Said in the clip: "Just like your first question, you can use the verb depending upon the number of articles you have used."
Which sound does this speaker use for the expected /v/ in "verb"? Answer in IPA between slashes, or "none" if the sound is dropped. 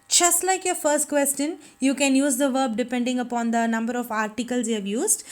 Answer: /v/